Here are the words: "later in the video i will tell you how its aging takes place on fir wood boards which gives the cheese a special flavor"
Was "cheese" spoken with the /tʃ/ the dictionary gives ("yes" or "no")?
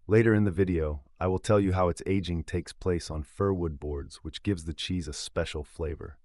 yes